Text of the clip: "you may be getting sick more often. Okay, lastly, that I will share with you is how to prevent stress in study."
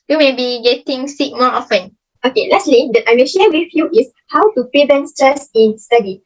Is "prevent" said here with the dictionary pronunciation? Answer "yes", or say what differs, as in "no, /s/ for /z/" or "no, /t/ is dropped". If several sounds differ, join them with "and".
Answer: no, /ɹ/ is dropped and /b/ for /v/